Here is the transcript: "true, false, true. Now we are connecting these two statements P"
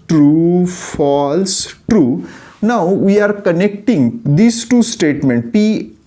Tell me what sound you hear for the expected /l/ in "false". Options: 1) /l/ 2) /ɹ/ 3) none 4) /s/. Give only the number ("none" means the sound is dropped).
1